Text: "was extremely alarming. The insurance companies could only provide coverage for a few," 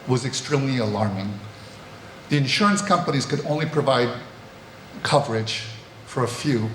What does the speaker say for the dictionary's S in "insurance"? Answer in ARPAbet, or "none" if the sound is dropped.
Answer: S